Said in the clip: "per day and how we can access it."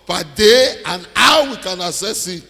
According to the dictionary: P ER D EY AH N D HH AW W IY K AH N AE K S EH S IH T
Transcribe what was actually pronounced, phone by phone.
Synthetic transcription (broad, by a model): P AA D EY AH N AW W IY K AH N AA S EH S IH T